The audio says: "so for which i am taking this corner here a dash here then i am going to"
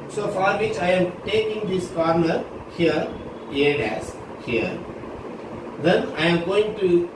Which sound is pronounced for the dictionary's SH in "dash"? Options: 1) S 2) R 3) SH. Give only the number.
1